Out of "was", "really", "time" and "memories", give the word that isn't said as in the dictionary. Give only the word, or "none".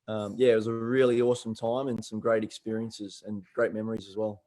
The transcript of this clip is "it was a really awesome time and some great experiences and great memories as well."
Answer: none